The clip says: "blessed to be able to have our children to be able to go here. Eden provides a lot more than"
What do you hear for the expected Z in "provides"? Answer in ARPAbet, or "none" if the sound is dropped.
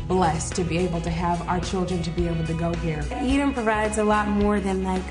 Z